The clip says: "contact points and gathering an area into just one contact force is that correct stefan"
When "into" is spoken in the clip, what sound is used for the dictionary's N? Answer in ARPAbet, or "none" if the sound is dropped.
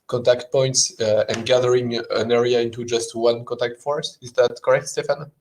N